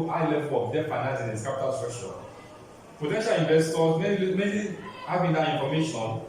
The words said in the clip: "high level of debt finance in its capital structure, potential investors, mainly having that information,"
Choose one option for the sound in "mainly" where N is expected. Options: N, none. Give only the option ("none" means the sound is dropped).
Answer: none